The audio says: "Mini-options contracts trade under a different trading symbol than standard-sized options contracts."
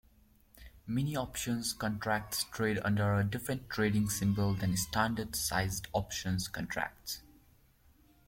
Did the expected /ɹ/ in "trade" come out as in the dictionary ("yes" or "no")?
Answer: yes